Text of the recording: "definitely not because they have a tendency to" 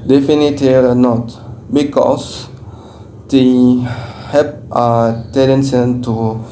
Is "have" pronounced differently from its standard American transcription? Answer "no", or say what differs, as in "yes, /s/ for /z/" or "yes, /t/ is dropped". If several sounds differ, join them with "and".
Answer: yes, /p/ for /v/